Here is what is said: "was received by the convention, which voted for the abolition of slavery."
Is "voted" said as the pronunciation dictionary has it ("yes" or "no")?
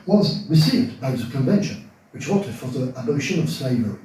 no